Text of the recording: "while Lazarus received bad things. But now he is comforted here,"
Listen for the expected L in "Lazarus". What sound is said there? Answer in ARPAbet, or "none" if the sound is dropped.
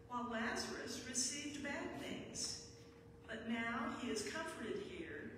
L